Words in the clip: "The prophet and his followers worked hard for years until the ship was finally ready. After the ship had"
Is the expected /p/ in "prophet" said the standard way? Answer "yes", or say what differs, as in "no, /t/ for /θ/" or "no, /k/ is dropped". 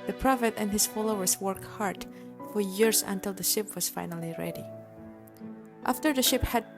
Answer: yes